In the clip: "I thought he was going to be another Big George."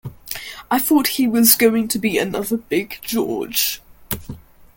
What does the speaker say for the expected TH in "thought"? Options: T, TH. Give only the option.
TH